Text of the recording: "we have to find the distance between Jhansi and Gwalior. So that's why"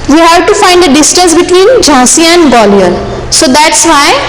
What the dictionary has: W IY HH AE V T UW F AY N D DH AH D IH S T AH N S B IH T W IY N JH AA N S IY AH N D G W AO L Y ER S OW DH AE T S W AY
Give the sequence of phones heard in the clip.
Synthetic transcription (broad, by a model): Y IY HH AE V T UW F AY N D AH D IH S T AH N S B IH T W IY N JH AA S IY AH N D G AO L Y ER S OW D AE T S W AY